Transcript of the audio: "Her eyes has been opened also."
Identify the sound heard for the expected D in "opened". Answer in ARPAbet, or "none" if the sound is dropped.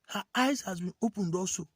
D